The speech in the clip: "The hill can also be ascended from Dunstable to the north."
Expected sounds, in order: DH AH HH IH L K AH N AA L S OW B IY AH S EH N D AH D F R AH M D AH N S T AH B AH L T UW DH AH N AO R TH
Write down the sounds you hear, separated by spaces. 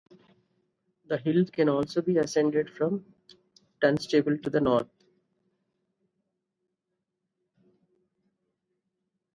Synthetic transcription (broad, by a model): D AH HH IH L K AH N AA L S OW B IY AH S EH N D AH D F R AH M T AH N S T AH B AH L T UW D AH N AO R T